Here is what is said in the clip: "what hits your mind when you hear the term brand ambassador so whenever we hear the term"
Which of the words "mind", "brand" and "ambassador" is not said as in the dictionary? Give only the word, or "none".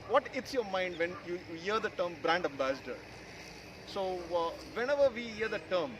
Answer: none